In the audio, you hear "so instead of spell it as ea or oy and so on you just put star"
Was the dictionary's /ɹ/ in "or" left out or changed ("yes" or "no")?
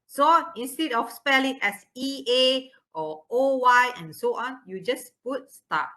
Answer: yes